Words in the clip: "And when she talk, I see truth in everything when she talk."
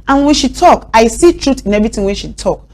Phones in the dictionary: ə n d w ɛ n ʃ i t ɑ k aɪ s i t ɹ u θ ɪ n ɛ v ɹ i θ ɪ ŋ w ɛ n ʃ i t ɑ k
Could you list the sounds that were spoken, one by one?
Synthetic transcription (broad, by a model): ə n w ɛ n ʃ i t ɑ k aɪ s i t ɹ u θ ɪ n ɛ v ɹ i t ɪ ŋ w ɛ n ʃ i t ɑ k